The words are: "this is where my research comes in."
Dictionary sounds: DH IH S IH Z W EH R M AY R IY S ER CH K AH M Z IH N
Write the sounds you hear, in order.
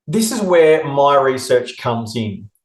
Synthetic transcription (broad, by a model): DH IH S IH Z W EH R M AY R IY S ER CH K AH M Z IH N